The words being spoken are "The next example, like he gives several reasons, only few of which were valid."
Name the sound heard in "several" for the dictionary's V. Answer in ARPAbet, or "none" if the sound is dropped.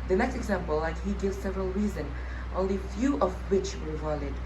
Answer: V